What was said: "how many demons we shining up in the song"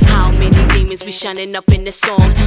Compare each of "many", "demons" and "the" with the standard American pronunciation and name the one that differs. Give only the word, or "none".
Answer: demons